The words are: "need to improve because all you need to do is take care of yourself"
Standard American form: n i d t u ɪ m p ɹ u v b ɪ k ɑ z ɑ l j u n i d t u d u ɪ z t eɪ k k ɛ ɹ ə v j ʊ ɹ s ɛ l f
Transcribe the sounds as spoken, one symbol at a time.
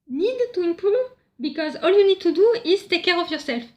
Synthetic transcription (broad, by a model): n i d t u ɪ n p u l b ɪ k ɑ z ɑ l j u n i d t u d u ɪ z t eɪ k k ɛ ɹ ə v j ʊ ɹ s ɛ l f